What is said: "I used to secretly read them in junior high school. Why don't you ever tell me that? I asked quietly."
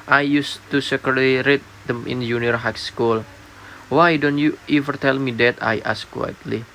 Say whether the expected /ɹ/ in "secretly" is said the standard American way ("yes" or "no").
no